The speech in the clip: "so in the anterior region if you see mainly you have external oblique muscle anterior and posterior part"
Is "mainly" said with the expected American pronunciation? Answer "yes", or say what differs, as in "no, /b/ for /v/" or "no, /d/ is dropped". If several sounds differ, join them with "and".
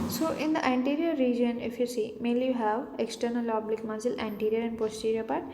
no, /n/ is dropped